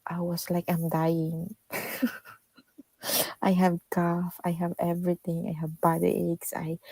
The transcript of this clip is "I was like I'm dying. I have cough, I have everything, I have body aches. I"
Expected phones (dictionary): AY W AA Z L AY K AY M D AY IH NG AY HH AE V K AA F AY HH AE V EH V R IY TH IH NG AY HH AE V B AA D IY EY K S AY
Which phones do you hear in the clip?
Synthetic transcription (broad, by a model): AY W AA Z L AY K AY M D AY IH NG AY HH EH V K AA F AY HH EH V EH V R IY T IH NG AY HH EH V B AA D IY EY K S AY